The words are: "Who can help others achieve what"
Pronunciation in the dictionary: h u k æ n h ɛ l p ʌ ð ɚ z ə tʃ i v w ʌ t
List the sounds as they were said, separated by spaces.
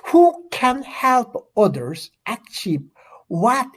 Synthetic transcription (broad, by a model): h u k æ n h ɛ l p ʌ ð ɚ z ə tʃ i p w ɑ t